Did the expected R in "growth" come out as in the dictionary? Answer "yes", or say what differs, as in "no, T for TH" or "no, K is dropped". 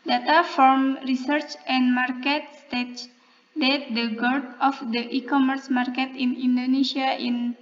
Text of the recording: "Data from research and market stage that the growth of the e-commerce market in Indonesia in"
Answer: no, R is dropped